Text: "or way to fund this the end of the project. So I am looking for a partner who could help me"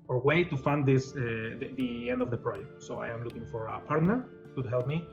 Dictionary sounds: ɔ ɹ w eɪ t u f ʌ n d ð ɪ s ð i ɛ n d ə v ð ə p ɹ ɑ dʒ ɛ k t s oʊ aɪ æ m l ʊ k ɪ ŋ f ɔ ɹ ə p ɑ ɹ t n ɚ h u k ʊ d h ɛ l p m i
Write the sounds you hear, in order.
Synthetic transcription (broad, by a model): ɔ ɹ w eɪ t u f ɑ n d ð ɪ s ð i ɛ n d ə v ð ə p ɹ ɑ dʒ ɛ k t s oʊ aɪ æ m l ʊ k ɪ ŋ f ɔ ɹ ə p ɑ ɹ t n ɚ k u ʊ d h ɛ l p m i